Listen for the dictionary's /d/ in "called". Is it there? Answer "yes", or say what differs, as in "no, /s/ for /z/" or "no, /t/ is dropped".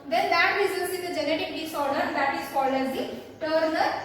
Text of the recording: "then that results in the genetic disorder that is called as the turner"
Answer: no, /d/ is dropped